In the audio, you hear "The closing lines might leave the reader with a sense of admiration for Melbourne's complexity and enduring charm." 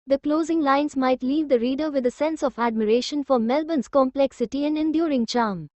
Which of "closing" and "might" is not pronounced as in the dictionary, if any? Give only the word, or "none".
none